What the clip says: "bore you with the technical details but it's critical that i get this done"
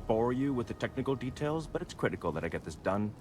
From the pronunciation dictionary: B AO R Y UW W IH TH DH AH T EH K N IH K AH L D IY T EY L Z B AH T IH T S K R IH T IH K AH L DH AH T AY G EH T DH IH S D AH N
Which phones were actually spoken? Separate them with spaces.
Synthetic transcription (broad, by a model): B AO R Y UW W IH DH AH T EH K N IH K L D IY T EY L Z B AH T IH T S K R IH T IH K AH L DH AH T AY G EH T DH IH S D AH N